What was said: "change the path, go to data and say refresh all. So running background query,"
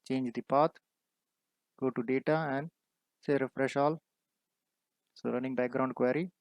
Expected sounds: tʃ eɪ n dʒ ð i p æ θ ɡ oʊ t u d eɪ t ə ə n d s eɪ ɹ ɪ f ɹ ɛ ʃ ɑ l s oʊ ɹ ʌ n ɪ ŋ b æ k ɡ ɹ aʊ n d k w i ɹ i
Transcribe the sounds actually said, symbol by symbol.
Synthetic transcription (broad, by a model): tʃ eɪ n dʒ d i p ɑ t ɡ oʊ t u d eɪ t ə ə n d s eɪ ɹ ɪ f ɹ ɛ ʃ ɑ l s oʊ ɹ ʌ n ɪ ŋ b æ k ɡ ɹ aʊ n d k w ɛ ɹ i